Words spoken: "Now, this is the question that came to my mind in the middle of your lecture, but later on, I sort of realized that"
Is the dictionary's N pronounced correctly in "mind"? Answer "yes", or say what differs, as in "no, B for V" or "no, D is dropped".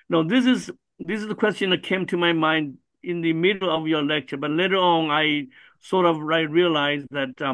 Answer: yes